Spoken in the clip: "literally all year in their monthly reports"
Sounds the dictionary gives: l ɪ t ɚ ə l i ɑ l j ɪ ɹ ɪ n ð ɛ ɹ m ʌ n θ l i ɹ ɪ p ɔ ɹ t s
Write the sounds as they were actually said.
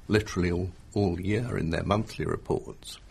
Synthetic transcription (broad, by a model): l ɪ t ɚ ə l i ɑ l j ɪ ɹ ɪ n ð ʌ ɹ m ʌ n θ l i ɹ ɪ p ɔ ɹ t s